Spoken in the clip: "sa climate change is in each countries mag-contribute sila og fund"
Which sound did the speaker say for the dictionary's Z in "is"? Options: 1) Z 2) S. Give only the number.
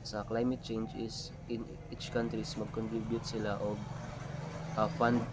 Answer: 2